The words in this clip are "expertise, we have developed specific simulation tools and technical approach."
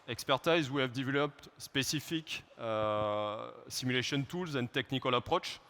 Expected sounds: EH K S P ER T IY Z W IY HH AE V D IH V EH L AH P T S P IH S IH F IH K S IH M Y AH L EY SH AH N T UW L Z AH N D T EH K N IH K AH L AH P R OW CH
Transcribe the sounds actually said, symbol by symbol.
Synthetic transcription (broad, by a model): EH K S P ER T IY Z W IY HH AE V D IH V EH L AH P T S P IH S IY F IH K S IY M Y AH L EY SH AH N T UW L Z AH N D T EH K N IH K AH L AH P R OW CH